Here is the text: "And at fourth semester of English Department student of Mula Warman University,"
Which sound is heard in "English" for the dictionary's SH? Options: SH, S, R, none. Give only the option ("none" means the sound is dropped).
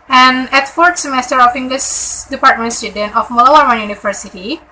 S